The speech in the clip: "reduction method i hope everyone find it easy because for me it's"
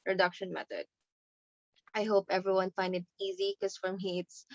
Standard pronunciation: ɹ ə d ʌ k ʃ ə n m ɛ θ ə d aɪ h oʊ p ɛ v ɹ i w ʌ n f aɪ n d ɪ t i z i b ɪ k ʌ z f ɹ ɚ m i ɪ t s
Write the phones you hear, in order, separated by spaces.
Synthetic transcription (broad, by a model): ɹ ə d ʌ k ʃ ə n m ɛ t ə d aɪ h oʊ p ɛ v ɹ i w ʌ n f aɪ n d ɪ t i z i k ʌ s f ɹ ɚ m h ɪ t s